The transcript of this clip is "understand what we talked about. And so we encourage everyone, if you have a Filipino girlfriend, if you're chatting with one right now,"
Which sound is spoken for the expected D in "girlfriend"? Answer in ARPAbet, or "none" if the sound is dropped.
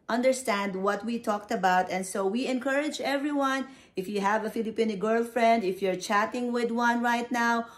D